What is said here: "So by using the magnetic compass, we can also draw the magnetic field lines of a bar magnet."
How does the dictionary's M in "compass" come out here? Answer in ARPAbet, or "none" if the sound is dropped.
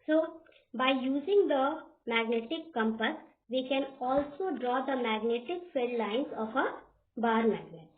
M